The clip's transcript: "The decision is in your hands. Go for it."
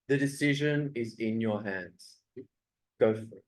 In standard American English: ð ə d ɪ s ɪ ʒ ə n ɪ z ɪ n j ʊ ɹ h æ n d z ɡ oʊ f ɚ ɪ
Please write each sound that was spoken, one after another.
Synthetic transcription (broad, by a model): ð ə d ɪ s ɪ ʒ ə n ɪ z ɪ n j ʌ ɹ h æ n d z ɡ oʊ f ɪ